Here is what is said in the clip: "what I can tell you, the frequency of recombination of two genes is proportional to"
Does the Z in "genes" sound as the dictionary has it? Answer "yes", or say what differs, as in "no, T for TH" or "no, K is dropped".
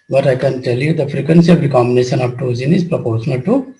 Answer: no, Z is dropped